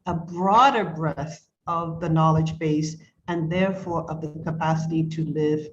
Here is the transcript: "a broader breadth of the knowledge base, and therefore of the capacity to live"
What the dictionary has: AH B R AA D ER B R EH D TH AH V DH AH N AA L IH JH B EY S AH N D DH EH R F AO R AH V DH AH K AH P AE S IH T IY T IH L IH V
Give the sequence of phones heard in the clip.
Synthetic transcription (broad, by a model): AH B R AA D ER B R EH TH AH V DH AH N AA L IH JH B EY S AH N DH EH R F AO R AH V DH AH K AH P AE S IH T IY T IH L IH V